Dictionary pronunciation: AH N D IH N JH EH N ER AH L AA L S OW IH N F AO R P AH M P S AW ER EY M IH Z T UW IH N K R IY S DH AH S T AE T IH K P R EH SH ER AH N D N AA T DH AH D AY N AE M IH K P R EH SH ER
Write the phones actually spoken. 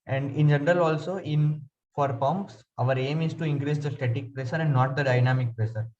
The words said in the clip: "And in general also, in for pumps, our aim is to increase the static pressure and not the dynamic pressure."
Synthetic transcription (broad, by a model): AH N D IH N JH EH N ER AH L AA L S OW IH N F AO R P AH M P S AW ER EY M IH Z T UW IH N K R IY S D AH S T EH T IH K P R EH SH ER AH N D N AA T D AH D AY N AE M IH K P R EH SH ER